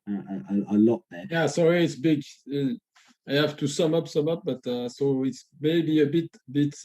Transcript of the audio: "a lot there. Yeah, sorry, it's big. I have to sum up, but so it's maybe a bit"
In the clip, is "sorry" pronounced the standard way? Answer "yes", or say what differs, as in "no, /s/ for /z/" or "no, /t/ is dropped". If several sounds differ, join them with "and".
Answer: yes